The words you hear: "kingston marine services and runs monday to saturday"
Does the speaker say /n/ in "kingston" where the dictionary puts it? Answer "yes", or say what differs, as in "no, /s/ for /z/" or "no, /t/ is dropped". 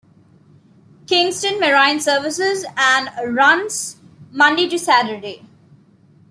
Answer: yes